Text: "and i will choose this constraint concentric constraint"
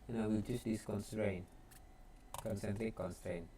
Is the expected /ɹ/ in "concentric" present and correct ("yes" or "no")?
no